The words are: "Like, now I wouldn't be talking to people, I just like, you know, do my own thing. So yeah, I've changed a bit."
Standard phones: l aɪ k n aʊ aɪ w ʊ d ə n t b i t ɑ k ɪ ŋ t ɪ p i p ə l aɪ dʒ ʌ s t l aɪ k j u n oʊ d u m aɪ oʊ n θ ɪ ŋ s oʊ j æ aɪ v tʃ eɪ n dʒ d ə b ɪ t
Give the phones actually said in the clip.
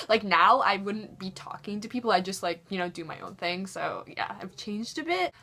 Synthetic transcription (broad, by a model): l aɪ k n aʊ aɪ w ʊ d n b i t ɑ k ɪ ŋ t ɪ p i p l aɪ dʒ ʌ s t l aɪ k j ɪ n oʊ d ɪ m aɪ oʊ n θ ɪ ŋ s oʊ j æ aɪ v tʃ eɪ n dʒ d ə b ɪ t